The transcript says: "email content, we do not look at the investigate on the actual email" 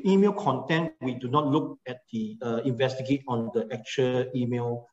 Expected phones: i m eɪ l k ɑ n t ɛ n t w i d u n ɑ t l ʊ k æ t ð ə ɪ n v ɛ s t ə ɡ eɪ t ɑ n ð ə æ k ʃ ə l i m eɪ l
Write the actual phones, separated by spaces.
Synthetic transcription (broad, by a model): i m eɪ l k ɑ n t ɛ n t w i d u n ɑ t l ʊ k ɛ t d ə ɪ n v ɛ s t ə ɡ eɪ t ɑ n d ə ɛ k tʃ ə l i m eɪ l